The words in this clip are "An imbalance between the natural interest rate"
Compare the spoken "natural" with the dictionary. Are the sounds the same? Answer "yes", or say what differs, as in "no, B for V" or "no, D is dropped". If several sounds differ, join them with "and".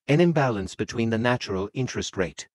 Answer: yes